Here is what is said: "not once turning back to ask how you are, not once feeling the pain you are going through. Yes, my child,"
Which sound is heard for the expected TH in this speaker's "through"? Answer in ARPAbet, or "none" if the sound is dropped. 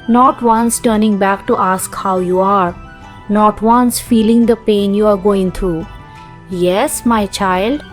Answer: T